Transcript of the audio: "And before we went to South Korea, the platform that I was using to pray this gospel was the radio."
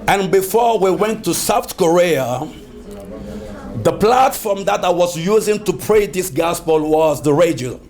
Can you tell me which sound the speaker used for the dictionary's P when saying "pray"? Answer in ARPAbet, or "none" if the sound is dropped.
P